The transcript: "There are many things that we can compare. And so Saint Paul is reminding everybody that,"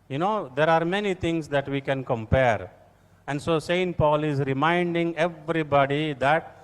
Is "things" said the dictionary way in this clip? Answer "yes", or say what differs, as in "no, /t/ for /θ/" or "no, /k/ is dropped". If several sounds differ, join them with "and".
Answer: no, /t/ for /θ/